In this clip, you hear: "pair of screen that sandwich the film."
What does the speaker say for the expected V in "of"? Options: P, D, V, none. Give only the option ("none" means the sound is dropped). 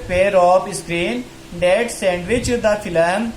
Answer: P